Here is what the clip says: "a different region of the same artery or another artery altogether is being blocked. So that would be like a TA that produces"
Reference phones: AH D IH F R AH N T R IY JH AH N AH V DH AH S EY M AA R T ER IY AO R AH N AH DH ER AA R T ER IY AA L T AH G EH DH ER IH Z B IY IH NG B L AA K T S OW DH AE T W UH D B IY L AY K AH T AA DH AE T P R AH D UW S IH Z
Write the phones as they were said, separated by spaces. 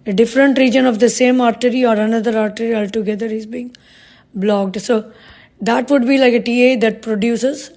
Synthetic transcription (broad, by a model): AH D IH F R AH N T R IY JH AH N AH V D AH S EY M AA R T ER IY AO R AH N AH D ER AA R T ER IY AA L T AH G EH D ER IH Z B IY IH NG B L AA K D S OW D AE T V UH D B IY L AY K AH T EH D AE T P R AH D UW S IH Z